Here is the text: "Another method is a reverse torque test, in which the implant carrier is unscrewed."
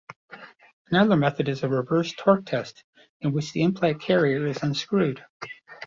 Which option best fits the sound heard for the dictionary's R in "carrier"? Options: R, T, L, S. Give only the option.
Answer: R